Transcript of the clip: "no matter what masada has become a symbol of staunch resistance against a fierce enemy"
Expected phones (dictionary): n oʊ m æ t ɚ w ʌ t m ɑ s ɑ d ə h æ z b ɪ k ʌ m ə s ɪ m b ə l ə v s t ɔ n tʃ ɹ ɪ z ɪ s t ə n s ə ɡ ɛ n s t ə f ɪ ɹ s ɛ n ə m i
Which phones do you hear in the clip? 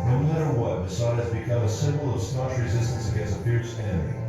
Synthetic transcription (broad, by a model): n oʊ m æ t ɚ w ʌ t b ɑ s ɑ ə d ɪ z b ɪ k ʌ m ə s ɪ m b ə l ə v s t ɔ tʃ ɹ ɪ z ɪ s t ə n s ə ɡ ɛ n s t ə p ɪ ɹ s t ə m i